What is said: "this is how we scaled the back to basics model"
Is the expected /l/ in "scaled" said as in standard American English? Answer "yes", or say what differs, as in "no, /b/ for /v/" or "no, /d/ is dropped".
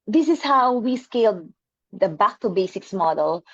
yes